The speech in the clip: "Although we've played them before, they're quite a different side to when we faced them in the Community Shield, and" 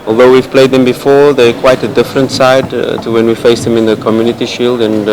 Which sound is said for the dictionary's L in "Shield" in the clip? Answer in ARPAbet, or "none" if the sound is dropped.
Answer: L